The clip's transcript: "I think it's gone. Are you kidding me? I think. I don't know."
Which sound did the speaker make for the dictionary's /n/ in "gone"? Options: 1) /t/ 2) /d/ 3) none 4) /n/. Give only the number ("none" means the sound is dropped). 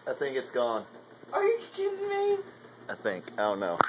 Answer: 4